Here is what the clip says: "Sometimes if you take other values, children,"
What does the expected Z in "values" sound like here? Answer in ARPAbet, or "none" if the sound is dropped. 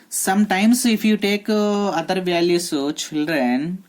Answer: none